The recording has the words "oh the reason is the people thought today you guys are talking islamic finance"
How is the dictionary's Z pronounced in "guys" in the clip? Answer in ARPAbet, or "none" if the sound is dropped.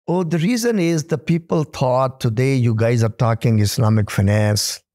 Z